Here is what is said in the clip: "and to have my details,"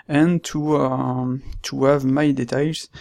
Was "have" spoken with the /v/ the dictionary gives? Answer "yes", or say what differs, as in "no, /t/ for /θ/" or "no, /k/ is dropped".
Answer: yes